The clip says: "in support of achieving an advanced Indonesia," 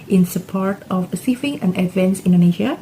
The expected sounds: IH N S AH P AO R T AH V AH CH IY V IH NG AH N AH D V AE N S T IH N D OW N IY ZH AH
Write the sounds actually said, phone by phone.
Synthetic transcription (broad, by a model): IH N S AH P AO R T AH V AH S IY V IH NG AH N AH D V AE N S IH N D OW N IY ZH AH